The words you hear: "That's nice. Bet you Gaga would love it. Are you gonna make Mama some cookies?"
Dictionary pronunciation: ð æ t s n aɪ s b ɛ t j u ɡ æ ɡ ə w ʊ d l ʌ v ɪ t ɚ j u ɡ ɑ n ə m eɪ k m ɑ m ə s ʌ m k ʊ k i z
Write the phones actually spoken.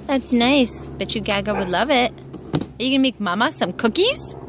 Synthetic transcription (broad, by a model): ð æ t s n aɪ s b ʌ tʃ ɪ ɡ æ ɡ ə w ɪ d l ʌ v ɪ t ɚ j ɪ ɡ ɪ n m eɪ k m ɑ m ə s ʌ m k ʊ k i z